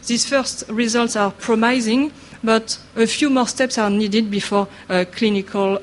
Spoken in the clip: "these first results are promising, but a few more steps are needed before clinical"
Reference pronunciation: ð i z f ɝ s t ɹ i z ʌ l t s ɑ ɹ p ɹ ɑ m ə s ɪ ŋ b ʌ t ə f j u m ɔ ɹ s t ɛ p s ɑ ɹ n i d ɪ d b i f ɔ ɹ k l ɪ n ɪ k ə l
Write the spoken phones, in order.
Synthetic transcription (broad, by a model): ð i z f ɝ s t ɹ i z ʌ l t s ɑ ɹ p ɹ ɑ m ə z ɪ ŋ b ʌ t ə f j u m ɔ ɹ s t ɛ p s ɑ ɹ n i d ɪ d b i f ɔ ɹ k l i n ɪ k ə l